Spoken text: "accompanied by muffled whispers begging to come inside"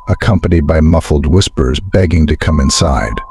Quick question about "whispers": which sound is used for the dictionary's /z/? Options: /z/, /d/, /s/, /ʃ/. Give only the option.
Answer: /z/